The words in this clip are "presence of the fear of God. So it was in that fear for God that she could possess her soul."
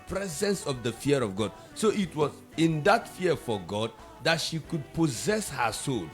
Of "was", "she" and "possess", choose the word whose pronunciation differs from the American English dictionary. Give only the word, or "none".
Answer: none